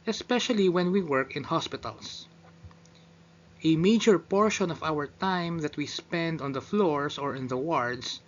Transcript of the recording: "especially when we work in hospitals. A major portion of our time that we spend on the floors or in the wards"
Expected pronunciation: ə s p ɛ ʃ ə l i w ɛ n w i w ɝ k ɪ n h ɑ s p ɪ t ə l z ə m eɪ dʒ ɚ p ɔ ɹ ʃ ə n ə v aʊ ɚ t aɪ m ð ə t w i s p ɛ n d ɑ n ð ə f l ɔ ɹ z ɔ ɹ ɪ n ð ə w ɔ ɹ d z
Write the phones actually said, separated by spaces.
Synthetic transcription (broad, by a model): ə s p ɛ ʃ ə l i w ɛ n w i w ɝ k ɪ n h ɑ s p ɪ t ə l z ə m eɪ dʒ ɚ p ɔ ɹ ʃ ə n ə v aʊ ɚ t aɪ m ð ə t w i s p ɛ n d ɑ n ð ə f l ɔ ɹ s ɔ ɹ ɪ n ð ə w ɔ ɹ d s